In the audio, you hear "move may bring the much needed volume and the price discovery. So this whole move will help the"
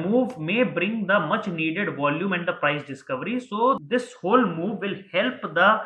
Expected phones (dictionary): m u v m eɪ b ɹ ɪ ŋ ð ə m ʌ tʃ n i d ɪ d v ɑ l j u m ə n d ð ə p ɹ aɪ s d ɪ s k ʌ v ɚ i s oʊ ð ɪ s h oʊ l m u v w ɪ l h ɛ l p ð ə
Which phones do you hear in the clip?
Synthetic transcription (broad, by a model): m u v m eɪ b ɹ ɪ ŋ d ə m ʌ tʃ n i d ɪ d v ɑ l j u m ə n d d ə p ɹ aɪ s d ɪ s k ʌ v ɚ i s oʊ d ɪ s h oʊ l m u v ɪ l h ɛ l p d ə